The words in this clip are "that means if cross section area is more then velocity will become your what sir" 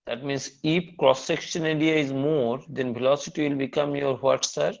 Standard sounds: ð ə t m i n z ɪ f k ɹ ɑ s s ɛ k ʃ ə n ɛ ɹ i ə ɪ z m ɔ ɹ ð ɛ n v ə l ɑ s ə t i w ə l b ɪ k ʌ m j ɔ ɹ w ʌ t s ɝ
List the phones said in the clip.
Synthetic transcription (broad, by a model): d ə t m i n s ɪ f k ɹ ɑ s s ɛ k ʃ ə n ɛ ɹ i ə ɪ z m ɔ ɹ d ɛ n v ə l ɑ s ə t i w ə l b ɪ k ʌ m j ɔ ɹ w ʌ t s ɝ